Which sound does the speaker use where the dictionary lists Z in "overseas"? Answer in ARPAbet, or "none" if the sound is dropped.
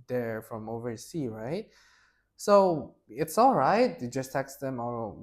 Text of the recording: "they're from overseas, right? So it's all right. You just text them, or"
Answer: none